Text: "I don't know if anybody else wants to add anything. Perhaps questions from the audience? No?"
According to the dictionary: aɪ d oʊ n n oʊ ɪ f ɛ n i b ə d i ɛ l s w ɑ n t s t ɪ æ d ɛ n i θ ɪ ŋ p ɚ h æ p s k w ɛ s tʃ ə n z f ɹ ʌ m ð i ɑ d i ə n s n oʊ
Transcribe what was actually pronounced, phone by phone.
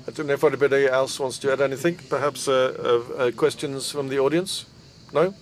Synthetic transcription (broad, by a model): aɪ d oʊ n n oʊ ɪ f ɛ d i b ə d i ɛ l s w ɑ n t s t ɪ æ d ɛ n i θ ɪ ŋ p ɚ h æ p s k w ɛ s tʃ ə n z f ɹ ʌ m ð i ɑ d i ə n s n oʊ